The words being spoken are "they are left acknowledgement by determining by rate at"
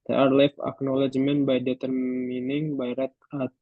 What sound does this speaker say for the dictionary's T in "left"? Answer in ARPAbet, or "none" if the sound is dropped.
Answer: none